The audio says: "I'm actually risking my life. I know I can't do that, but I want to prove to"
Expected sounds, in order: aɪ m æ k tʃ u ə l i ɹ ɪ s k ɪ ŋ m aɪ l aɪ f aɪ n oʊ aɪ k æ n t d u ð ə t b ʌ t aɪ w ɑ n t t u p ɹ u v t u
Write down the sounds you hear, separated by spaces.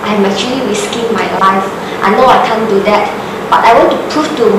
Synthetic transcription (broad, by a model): aɪ m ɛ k tʃ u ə l i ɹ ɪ s k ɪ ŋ m aɪ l aɪ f aɪ n oʊ aɪ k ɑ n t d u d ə t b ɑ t aɪ w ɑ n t t u p ɹ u f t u